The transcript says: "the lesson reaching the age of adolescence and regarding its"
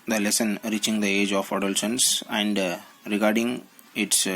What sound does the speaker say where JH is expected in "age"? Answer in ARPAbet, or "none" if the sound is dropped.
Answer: JH